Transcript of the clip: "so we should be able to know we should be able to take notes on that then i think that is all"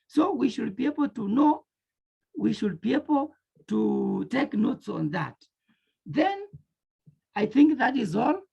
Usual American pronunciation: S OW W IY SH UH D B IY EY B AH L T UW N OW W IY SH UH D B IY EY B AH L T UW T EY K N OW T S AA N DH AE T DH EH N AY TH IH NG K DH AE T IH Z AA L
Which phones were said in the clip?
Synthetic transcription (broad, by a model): S OW W IY SH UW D B IY EY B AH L T UW N OW W IY SH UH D B IY EY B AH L T UW T EY K N OW T S AA N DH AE T DH EH N AY TH IH NG K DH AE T IH Z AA L